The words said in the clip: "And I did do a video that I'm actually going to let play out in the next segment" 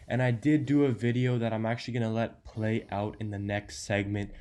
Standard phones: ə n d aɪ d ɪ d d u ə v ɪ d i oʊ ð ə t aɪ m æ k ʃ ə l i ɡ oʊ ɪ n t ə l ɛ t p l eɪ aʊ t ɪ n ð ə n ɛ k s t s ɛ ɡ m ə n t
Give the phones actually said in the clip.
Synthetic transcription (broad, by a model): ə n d aɪ d ɪ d d ə v ɪ d i oʊ ð ə t aɪ m æ k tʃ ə l i ɡ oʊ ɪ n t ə l ɛ t p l eɪ aʊ t ɪ n ð ə n ɛ k s t s ɛ ɡ m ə n t